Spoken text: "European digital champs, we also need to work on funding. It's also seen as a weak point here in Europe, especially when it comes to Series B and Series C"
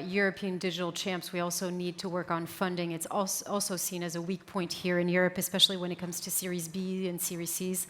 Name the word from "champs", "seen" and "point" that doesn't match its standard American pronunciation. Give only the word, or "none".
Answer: none